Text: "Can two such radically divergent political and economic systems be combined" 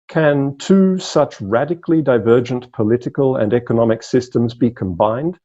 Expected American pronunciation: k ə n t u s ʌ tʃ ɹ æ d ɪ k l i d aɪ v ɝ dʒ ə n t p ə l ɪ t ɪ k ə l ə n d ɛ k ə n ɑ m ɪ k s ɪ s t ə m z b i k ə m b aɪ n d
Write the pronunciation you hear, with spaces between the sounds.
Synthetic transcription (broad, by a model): k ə n t u s ʌ tʃ ɹ æ d ɪ k l i d aɪ v ɝ dʒ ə n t p ə l ɪ t ɪ k ə l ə n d ɛ k ə n ɑ m ɪ k s ɪ s t ə m z b i k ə m b aɪ n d